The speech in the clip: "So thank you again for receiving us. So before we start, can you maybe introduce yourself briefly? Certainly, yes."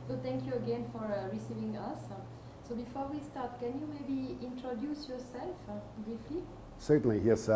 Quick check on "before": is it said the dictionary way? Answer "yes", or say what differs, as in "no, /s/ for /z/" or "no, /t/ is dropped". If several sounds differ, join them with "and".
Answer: yes